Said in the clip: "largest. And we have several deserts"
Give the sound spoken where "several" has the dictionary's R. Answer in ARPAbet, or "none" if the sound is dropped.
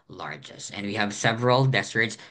R